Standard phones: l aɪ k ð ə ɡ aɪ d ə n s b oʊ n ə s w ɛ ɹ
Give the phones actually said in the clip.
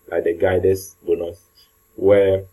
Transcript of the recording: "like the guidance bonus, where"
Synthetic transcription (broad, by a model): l aɪ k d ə ɡ aɪ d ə s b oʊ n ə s w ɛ